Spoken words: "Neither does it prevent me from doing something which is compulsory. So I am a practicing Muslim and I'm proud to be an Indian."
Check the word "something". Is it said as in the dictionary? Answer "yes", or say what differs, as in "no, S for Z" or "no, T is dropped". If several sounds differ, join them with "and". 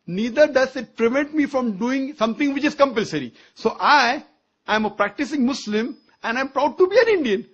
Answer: no, T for TH